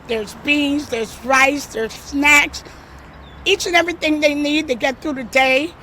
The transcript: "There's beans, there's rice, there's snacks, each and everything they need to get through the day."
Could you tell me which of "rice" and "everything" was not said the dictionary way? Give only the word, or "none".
none